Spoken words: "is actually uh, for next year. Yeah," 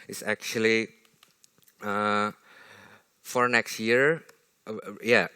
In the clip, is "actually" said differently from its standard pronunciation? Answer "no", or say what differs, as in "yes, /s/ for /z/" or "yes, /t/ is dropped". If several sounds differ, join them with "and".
no